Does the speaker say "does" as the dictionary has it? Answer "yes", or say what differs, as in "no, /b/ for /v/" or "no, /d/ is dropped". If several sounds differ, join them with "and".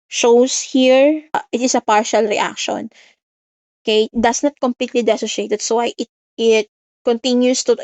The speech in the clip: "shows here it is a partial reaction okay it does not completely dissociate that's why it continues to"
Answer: no, /s/ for /z/